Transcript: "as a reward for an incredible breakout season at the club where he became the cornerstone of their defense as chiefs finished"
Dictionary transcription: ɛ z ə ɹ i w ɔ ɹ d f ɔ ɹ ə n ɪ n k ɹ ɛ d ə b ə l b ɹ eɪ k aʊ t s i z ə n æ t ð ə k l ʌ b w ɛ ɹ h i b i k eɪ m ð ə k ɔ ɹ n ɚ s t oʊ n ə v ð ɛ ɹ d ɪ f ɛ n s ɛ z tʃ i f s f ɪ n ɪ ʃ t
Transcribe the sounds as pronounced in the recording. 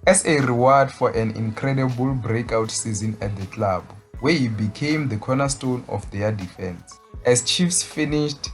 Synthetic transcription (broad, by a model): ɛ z ə ɹ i w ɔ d f ɔ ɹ ə n ɪ n k ɹ ɛ d ə b ə l b ɹ eɪ k aʊ t s i z ə n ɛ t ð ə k l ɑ b w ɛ h i b i k eɪ m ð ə k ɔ n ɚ s t oʊ n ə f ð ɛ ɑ d ɪ f ɛ n s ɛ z tʃ i f s f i n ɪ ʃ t